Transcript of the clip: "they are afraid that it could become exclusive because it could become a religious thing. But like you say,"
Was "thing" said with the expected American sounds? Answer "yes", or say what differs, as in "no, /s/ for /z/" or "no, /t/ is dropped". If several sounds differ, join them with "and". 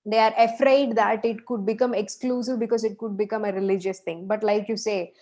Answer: no, /t/ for /θ/